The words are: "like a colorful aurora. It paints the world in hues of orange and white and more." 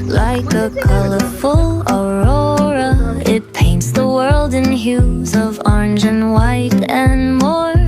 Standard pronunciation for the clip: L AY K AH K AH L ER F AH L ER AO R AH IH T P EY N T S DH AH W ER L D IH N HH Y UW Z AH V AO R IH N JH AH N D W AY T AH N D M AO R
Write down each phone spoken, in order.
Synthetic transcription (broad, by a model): L AY K AH K AH L ER F AH L ER AO R AH IH T P EY N T S DH AH W ER L D IH N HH Y UW Z AH V AO R IH N JH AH N W AY T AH N M AO R